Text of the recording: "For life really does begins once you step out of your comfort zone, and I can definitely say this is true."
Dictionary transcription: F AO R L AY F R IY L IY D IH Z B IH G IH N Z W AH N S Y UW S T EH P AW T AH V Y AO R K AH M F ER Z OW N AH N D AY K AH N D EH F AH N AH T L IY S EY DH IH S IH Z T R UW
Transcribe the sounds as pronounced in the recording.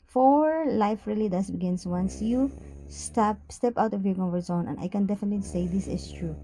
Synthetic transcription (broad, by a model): F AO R L AY F R IY L IY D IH S B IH G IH N S W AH N S Y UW S T EH P AW T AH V Y AO R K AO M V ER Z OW N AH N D AY K AH N D EH F AH N AH T L IY S EY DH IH S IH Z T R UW